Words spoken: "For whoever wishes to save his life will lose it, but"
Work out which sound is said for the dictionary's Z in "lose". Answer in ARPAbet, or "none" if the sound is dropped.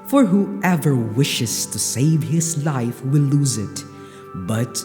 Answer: Z